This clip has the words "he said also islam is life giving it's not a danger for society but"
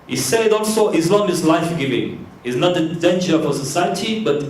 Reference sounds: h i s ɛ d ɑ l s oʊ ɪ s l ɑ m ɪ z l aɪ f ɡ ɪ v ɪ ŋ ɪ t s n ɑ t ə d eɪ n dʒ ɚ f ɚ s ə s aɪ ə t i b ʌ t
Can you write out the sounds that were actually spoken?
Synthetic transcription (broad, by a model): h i s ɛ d ɑ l s oʊ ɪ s n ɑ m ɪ s l aɪ f ɡ ɪ v ɪ ŋ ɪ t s n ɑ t ə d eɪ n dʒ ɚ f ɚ s ə s aɪ ə t i b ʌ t